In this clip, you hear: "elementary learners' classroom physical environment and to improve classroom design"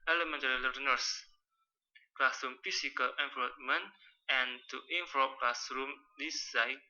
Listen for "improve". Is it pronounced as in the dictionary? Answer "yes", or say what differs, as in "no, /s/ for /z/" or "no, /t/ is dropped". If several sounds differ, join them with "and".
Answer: no, /p/ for /v/